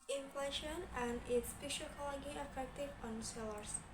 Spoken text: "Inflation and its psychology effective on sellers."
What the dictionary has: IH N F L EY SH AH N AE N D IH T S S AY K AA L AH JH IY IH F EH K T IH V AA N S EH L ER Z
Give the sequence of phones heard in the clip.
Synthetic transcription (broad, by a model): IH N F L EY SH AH N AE N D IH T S SH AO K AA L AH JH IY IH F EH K T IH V AA N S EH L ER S